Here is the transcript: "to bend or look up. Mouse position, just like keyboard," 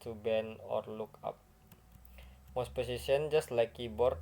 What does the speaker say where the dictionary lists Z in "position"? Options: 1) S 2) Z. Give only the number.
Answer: 1